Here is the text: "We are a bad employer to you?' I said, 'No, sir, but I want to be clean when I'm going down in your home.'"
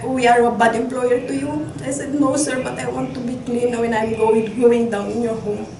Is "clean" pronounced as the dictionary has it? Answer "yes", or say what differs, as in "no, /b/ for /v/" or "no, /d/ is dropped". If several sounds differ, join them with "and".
yes